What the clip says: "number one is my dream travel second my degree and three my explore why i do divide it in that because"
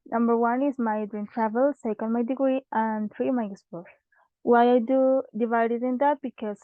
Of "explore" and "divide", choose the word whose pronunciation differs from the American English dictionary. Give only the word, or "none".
explore